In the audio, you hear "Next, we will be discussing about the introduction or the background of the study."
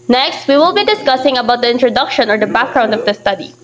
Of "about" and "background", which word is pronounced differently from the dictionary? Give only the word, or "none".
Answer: none